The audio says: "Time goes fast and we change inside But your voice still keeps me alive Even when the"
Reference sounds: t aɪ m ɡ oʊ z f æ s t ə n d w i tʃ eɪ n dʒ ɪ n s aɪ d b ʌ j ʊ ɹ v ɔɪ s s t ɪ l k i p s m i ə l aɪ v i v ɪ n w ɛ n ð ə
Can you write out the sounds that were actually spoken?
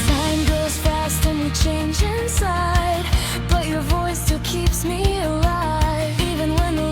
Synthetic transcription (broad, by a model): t aɪ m ɡ oʊ z f æ s t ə n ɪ tʃ eɪ n dʒ ɪ n s aɪ d b ʌ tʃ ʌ ɹ v ɔɪ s s t ɪ l k i p s m i ə l aɪ v i v ɪ n w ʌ n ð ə